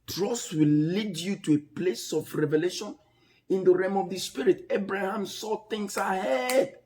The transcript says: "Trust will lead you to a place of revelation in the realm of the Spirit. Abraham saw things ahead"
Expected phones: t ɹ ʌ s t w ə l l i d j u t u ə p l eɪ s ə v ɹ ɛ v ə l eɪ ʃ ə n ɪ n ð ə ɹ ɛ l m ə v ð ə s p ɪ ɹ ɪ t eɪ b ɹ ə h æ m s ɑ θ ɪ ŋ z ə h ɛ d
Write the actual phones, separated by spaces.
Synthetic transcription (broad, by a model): t ɹ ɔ s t w ə l l i d j u t u ə p l eɪ s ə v ɹ ɛ v ə l eɪ ʃ ə n ɪ n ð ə ɹ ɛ m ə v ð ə s p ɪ ɹ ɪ t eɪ b ɹ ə h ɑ m s ɑ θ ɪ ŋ s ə h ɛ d